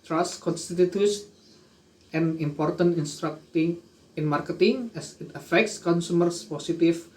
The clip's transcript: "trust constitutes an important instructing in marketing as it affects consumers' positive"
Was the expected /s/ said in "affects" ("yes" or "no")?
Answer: yes